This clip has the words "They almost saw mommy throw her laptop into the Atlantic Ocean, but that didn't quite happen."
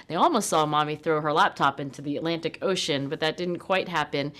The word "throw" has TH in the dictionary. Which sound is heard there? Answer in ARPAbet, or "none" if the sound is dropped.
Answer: TH